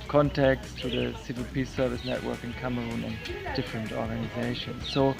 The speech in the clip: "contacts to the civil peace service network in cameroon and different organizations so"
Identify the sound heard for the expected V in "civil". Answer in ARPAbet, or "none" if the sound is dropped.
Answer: V